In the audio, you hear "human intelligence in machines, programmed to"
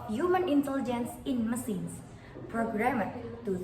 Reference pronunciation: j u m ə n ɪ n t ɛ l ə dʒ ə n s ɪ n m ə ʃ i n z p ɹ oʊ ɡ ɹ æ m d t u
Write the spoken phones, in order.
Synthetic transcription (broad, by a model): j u m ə n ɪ n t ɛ l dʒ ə n s ɪ n m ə s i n s p ɹ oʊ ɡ ɹ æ m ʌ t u